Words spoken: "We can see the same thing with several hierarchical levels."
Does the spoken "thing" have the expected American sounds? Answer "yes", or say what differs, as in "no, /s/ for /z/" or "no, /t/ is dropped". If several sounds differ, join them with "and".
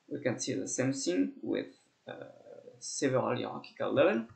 no, /s/ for /θ/